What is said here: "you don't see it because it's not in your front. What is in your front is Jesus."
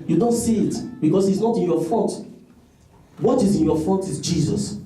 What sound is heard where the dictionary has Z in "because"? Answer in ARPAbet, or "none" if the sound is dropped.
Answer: S